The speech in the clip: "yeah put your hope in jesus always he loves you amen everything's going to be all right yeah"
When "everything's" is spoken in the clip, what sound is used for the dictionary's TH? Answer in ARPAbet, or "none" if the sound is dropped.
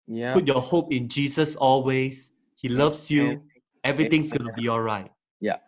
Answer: T